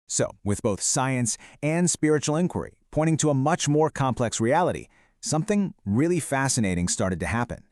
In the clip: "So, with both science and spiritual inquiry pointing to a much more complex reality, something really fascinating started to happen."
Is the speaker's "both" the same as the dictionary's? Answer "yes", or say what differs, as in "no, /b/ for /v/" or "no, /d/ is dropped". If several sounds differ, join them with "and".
yes